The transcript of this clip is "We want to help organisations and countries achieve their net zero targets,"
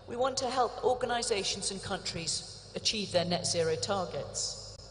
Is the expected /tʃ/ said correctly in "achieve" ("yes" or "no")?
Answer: yes